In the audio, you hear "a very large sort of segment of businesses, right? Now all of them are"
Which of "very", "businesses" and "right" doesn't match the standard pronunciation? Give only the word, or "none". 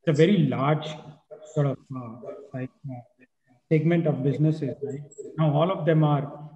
right